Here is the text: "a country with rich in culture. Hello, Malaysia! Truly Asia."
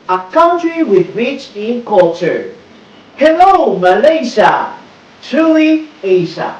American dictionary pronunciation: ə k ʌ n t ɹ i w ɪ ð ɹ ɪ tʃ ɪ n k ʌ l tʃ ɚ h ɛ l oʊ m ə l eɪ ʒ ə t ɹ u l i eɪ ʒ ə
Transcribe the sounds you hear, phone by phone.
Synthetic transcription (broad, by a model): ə k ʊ n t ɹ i w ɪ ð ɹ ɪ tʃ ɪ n k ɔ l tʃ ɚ h ɛ l oʊ m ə l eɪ ʃ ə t u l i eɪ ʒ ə